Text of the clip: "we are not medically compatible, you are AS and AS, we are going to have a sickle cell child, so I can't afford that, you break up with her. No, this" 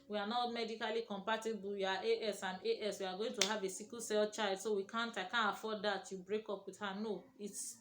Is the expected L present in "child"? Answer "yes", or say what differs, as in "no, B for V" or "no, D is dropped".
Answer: no, L is dropped